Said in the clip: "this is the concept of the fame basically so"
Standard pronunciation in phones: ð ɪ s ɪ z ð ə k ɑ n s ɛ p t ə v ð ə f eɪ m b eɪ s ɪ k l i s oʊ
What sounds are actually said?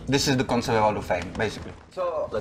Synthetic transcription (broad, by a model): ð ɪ s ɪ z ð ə k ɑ n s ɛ t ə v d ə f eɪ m b eɪ s ɪ k l i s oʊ